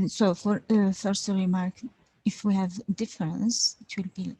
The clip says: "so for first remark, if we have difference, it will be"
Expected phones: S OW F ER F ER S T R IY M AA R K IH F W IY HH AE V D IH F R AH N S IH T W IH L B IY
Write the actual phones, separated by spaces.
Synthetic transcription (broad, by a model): S OW F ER F ER S T R IY M AA R K IH F W IY HH AE V D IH F R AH N S IH T W IH L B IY